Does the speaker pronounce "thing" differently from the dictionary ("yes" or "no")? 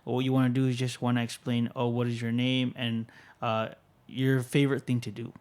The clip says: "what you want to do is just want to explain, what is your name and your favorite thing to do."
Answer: no